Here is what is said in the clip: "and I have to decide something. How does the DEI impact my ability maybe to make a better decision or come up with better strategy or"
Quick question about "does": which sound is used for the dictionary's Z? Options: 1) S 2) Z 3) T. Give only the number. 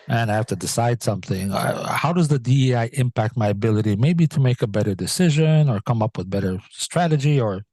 2